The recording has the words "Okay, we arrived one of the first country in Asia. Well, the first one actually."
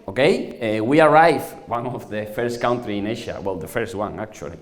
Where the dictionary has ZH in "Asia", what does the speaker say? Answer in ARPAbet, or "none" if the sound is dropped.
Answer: SH